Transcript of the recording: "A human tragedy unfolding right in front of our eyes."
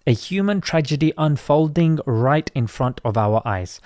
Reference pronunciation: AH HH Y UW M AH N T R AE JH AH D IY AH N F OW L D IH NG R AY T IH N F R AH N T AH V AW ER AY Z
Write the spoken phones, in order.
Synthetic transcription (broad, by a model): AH HH Y UW M AH N T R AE JH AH D IY AH N F OW L D IH NG R AY T IH N F R AH N T AH V AW ER AY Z